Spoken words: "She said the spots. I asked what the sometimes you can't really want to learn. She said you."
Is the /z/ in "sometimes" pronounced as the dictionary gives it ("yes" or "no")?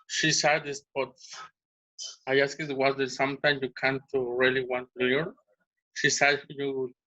no